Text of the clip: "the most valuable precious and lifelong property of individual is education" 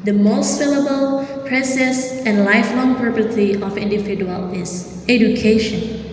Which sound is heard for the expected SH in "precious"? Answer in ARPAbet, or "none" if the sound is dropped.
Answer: S